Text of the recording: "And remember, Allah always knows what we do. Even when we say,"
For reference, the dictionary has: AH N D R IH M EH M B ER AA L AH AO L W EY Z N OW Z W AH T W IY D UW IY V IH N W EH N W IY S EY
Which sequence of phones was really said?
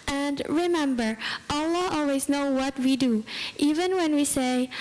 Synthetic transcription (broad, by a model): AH N D R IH M EH M B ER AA L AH AO L W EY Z N OW W AH T W IY D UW IY V IH N W EH N W IY S EY